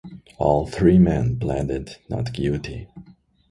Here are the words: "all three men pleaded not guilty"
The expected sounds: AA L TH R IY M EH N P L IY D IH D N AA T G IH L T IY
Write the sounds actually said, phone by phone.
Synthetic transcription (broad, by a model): AA L TH R IY M EH N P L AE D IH D N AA T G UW T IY